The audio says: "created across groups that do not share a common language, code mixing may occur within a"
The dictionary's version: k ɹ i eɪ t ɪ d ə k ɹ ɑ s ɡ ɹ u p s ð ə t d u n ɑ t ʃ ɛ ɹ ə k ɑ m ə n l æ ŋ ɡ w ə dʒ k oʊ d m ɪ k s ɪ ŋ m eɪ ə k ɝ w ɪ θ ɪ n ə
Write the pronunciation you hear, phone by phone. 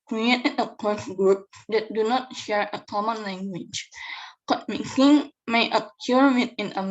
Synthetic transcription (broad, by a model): k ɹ i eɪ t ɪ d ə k ɑ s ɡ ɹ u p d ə t d u n ɑ t ʃ ɛ ɹ ə k ɑ m ə n l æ ŋ ɡ w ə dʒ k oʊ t m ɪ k ɪ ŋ m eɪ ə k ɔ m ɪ t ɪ n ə